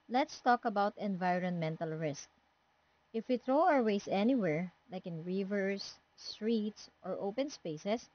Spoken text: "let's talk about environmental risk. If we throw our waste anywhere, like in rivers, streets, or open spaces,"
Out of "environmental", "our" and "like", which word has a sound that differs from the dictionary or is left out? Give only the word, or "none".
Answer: none